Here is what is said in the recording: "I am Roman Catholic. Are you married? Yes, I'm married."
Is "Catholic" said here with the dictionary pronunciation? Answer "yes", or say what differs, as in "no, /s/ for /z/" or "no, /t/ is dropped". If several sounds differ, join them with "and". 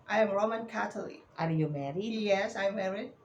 no, /t/ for /θ/